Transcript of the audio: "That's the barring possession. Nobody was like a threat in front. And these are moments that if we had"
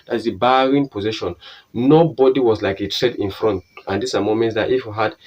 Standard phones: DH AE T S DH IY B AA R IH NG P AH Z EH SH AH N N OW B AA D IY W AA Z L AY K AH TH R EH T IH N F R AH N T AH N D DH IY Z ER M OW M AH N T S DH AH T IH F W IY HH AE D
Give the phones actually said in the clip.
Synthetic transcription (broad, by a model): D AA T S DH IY B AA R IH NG P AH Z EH SH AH N N OW B AA D IY W AA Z L AY K AH T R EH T IH N F R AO N T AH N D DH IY S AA M OW M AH N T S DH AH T IH F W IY HH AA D